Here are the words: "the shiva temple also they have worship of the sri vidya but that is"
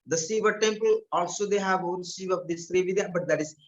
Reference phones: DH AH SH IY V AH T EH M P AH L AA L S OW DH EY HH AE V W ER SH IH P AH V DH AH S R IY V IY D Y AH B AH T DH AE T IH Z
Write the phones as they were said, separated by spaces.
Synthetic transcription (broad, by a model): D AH S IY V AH T EH M P AH L AA L S OW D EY HH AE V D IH S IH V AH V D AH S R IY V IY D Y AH B AH T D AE T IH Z